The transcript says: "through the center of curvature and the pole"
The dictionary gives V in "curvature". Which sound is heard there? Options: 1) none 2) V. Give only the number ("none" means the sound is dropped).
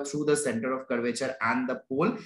2